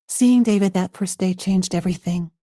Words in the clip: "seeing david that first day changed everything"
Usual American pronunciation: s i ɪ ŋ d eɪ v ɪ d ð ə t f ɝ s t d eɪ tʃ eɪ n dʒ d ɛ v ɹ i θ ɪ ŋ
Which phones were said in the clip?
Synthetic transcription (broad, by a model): s i ɪ ŋ d eɪ v ɪ d ð ə t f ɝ s d eɪ tʃ eɪ n dʒ d ɛ v ɹ i θ ɪ ŋ